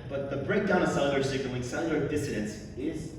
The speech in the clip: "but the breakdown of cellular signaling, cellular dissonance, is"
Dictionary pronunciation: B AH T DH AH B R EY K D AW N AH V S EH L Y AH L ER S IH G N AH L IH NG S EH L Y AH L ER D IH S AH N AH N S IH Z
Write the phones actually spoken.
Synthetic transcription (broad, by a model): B AH T DH AH B R EY K D AW N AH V S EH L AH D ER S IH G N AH W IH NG S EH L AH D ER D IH S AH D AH N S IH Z